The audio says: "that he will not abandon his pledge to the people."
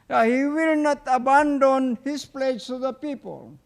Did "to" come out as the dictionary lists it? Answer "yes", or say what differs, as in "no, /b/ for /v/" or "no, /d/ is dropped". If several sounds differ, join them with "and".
no, /s/ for /t/